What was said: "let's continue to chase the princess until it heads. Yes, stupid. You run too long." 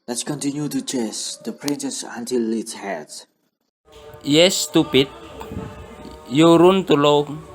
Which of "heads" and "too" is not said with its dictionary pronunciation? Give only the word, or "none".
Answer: heads